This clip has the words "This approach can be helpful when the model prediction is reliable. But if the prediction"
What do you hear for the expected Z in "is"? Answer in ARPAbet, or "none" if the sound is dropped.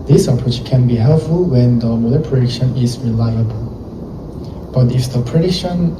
S